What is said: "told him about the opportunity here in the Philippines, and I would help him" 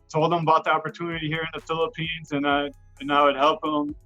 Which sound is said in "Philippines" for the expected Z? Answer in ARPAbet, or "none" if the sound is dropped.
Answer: Z